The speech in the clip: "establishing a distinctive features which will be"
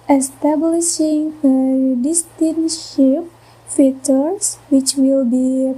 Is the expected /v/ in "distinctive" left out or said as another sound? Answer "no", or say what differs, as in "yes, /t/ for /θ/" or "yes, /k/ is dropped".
yes, /p/ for /v/